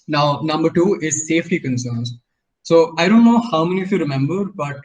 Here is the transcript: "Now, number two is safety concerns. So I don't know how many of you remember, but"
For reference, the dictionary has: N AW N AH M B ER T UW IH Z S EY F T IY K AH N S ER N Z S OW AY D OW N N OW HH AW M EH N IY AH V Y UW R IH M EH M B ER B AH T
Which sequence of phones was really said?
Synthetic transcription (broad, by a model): N AW N AH M B ER T UW IH Z S EY F T IY K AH N S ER N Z S OW AY D OW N N OW HH AW M EH N IY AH F Y UW R IH M EH M B ER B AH T